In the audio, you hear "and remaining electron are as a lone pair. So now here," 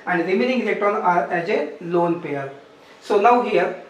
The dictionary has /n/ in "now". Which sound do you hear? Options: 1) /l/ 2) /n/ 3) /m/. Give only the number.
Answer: 1